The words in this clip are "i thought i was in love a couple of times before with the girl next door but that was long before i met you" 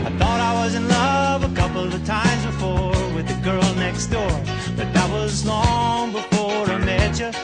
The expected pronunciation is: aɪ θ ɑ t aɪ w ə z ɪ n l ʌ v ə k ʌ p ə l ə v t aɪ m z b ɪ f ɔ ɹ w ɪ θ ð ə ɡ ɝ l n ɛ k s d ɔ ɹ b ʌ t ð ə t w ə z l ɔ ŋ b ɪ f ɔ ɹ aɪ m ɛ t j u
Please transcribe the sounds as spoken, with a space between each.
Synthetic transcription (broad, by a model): aɪ θ ɑ t aɪ w ə z ɪ n l ʌ v ə k ʌ p l ə v t aɪ m z b ɪ f ɔ ɹ w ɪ ð ə ɡ ɝ l n ɛ k s d ɔ ɹ b ʌ t ð ə t w ə z l ɔ ŋ b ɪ f ɔ ɹ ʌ m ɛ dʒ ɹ